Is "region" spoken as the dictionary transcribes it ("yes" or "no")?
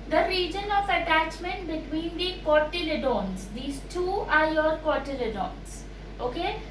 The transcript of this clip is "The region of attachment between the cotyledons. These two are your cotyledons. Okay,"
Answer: yes